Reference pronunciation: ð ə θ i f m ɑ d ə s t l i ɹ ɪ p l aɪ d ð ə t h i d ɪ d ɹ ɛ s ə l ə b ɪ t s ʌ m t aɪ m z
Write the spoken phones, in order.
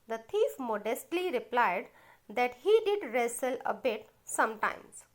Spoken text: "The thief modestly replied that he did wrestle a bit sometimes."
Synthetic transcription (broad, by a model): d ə t i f m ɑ d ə s t l i ɹ ɪ p l aɪ d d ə t h i d ɪ d ɹ ɛ s ə l ə b ɪ t s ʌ m t aɪ m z